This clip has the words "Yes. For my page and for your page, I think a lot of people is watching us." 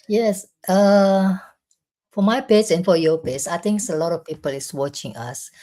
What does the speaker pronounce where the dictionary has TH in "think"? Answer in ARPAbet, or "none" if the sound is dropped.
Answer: T